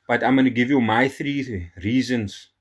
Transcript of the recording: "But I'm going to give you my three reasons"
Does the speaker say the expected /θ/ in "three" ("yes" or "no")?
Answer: yes